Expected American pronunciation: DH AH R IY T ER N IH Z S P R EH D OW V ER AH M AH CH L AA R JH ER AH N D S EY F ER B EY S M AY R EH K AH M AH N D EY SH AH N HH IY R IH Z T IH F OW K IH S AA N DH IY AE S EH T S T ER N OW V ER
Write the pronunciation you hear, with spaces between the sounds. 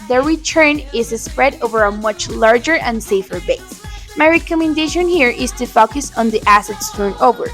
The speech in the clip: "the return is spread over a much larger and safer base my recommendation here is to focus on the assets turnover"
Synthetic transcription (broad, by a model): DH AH R IY T ER N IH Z S P R EH D OW V ER AH M AH CH L AA R JH ER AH N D S EY F ER B EY S M AY R EH K AH M AH N D EY SH AH N HH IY R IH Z T IH F OW K IH S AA N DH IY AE S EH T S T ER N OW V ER